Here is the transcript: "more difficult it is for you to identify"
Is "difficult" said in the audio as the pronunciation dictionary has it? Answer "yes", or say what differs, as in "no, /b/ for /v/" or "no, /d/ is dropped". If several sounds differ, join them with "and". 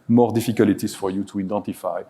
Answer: no, /t/ is dropped